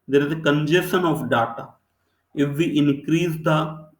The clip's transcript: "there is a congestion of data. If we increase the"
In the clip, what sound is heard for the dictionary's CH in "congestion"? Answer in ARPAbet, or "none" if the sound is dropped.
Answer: none